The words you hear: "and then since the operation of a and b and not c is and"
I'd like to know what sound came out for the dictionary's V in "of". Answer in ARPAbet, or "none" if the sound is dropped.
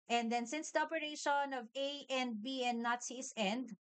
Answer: V